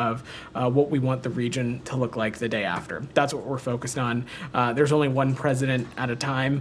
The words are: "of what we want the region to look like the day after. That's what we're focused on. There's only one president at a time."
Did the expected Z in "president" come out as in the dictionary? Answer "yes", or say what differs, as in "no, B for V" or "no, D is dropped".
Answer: yes